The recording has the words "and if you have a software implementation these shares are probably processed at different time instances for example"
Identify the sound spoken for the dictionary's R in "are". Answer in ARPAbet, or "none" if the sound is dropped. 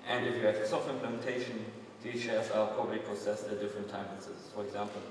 L